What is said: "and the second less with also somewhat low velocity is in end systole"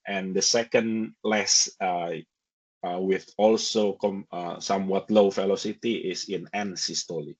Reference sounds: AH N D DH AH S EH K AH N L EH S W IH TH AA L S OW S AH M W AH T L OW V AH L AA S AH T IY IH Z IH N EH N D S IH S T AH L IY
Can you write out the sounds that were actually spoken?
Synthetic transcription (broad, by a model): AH N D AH S EH K AH N L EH S W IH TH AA L S OW S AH M W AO T L OW F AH L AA S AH T IY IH S IH N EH N S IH S T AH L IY